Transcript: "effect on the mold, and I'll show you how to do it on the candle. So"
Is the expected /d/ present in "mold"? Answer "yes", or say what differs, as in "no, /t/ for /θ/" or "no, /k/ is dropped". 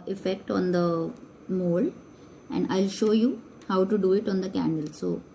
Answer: no, /d/ is dropped